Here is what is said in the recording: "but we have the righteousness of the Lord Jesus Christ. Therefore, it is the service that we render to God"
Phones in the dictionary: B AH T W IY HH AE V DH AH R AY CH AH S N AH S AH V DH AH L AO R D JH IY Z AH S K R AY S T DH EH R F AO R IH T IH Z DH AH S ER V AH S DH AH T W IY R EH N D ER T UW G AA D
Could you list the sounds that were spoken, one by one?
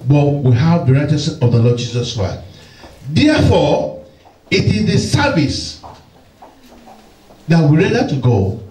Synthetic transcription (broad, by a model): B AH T W IY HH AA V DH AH R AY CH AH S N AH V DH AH L AO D JH IY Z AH S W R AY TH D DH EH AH F AO IH T IH Z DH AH S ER V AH S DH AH T W IY R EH D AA T UW G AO